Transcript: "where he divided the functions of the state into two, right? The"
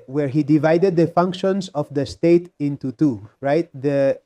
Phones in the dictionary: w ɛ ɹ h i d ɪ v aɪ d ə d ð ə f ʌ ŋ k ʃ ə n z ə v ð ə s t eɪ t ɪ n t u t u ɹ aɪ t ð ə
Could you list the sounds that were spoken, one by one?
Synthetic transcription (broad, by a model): w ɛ ɹ h i d ɪ v aɪ d ə d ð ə f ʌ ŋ k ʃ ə n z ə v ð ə s t eɪ t ɪ n t u t u ɹ aɪ t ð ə